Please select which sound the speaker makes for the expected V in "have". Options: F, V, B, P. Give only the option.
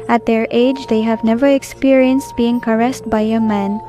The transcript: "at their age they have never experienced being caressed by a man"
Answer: V